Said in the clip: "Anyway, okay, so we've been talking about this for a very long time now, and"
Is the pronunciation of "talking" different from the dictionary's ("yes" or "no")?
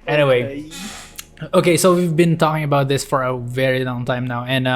no